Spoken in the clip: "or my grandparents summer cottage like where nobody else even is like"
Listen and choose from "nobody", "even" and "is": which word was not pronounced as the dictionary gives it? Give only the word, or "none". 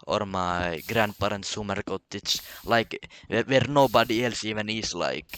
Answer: is